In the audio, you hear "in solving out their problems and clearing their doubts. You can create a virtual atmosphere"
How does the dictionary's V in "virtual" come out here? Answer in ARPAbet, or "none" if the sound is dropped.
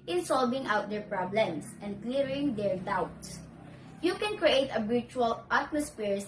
B